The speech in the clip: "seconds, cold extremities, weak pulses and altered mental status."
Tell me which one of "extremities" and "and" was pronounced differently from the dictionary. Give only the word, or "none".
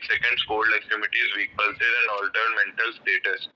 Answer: extremities